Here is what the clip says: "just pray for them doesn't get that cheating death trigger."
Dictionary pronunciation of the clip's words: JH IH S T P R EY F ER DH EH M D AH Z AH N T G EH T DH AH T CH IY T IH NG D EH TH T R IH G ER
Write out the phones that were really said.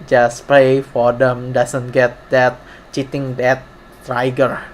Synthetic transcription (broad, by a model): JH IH S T P EY F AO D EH M D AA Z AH N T G EH T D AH T CH IY T IH NG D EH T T R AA G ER